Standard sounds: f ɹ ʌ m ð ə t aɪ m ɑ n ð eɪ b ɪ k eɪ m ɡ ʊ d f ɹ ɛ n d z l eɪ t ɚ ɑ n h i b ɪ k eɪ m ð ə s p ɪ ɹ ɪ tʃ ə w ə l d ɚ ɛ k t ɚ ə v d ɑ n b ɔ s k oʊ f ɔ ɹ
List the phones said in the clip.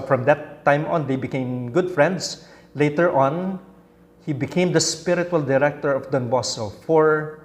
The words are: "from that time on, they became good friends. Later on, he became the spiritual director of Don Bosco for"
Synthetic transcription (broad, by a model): f ɹ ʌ m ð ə t aɪ m ɑ n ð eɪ b ɪ k eɪ m ɡ ʊ d f ɹ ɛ n d s l eɪ t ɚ ɑ n h i b ɪ k eɪ m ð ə s p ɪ ɹ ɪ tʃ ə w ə l d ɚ ɛ k t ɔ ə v d ɑ n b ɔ s oʊ f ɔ ɹ